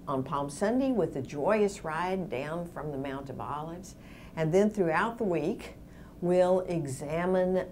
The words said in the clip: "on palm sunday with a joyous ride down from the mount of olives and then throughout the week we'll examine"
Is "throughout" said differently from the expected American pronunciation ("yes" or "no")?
no